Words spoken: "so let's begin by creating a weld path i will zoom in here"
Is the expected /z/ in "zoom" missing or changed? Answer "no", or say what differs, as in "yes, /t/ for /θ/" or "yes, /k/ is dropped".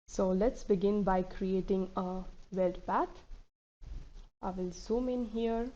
yes, /s/ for /z/